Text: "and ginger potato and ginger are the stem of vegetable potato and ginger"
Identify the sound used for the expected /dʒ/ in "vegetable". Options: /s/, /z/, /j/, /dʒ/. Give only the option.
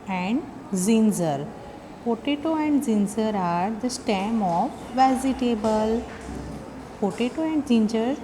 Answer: /z/